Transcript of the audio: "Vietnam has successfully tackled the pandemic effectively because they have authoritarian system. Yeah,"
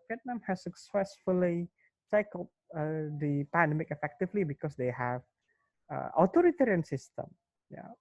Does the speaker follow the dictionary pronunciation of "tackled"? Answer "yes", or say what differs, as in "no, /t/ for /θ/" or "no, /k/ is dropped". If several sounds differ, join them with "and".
no, /s/ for /t/